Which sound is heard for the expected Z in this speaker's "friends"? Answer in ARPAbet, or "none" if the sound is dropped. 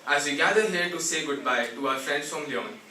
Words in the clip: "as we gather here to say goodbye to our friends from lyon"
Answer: S